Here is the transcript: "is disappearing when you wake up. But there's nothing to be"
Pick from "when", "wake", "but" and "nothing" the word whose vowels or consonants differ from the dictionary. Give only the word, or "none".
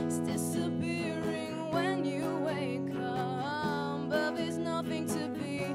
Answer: none